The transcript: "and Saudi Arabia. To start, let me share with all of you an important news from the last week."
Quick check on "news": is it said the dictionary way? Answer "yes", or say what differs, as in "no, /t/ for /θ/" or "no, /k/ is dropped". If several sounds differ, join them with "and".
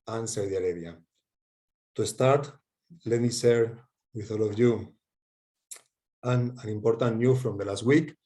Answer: no, /z/ is dropped